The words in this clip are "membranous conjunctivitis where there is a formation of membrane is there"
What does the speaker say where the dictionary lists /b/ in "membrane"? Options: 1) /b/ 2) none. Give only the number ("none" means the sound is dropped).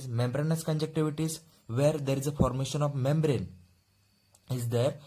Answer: 1